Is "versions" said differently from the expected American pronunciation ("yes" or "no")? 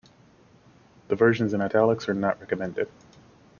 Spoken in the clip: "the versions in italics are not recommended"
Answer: no